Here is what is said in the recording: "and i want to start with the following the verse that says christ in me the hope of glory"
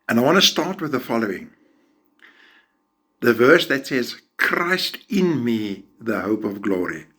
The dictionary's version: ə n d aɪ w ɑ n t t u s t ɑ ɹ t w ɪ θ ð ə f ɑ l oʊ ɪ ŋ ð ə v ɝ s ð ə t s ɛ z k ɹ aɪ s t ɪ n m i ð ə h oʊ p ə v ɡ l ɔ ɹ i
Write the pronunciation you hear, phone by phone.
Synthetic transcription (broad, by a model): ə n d aɪ w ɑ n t t u s t ɑ ɹ t w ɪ ð ə f ɑ l oʊ ɪ ŋ ð ə v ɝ s ð ə t s ɛ z k ɹ aɪ s t ɪ n m i ð ə h oʊ p ə v ɡ l ɔ ɹ i